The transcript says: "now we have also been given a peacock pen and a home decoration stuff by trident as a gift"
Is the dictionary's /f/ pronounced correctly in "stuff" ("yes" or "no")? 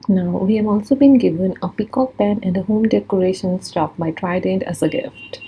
no